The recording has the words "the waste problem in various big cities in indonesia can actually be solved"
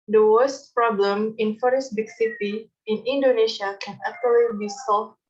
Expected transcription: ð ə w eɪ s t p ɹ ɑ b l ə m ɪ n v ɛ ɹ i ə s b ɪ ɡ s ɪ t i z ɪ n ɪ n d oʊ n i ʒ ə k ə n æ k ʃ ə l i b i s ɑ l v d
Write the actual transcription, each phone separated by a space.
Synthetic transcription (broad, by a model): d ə w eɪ s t p ɹ ɑ b l ə m ɪ n f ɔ ɹ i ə s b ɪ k s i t i ɪ n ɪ n d oʊ n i ʃ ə k ə n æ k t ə l i b i s ɑ l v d